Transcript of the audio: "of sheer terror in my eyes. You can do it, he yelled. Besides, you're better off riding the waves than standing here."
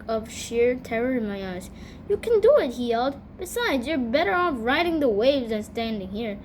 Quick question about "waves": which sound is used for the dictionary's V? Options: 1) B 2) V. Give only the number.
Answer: 2